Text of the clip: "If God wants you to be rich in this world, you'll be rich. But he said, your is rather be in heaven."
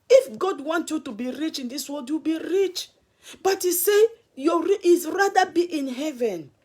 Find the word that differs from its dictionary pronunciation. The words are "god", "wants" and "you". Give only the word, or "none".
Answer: wants